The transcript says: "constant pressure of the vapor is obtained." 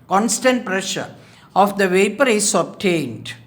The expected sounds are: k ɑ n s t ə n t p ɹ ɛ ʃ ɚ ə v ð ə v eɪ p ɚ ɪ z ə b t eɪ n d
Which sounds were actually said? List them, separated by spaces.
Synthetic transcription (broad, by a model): k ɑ n s t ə n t p ɹ ɛ ʃ ɚ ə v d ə v eɪ p ɚ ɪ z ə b t eɪ n d